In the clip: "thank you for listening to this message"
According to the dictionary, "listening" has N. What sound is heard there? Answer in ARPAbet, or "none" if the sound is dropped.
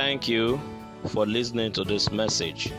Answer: N